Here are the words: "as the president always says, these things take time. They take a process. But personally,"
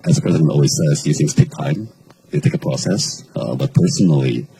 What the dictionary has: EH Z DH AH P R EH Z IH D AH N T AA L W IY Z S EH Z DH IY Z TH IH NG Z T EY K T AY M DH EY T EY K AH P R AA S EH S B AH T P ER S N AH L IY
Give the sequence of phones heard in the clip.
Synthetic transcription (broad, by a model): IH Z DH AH P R EH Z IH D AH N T AA L W IY Z S EH Z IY TH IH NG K T EY K T AY M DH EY T EY K AH P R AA S EH S B AH T P ER S N L IY